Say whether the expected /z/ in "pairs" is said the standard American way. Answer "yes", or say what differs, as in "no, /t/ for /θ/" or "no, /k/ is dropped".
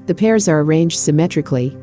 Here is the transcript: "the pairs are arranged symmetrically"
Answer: yes